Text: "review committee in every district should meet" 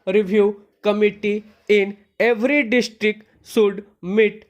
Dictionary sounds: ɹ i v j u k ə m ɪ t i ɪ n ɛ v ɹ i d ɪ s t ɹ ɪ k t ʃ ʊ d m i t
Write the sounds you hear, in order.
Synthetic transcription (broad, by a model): ɹ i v j u k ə m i t i ɪ n ɛ v ɹ i d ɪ s t ɹ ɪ k t s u d m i t